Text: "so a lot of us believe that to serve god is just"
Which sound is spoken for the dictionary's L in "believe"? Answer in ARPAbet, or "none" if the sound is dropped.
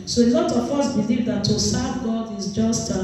L